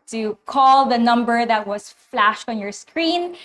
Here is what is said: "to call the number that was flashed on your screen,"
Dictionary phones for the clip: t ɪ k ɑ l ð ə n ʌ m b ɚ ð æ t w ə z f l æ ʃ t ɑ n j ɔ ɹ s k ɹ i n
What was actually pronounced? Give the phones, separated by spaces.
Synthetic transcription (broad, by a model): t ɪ k ɑ l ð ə n ʌ m b ɚ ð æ t w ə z f l æ ʃ t ɑ n j ɔ ɹ s k ɹ i n